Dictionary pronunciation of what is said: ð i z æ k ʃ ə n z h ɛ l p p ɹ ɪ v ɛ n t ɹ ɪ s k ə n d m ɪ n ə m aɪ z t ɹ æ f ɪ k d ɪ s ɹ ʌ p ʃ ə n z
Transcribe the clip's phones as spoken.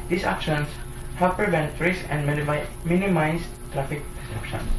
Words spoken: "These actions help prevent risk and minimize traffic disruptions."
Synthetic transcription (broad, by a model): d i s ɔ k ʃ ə n s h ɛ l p p ɹ ɪ v ɛ n t ɹ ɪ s ə n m m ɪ n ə m aɪ s t ɹ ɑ f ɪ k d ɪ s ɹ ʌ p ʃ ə n